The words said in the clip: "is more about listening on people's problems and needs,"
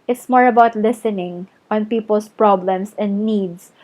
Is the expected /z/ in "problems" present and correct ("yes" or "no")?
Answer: no